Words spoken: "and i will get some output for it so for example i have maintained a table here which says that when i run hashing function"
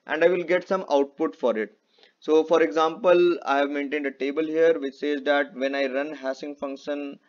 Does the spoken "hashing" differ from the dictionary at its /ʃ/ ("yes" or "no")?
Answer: yes